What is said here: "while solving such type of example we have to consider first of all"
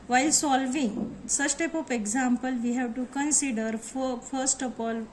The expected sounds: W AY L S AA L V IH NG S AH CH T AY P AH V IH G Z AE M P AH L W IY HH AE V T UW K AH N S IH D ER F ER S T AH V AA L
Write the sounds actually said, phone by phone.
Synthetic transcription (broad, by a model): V AY L S AA L V IH NG S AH S T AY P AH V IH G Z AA M P AH L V IY HH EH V T UW K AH N S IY D ER F ER S T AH F AA L